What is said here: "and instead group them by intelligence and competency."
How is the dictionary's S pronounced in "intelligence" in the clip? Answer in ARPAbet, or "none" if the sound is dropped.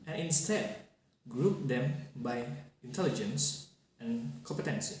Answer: S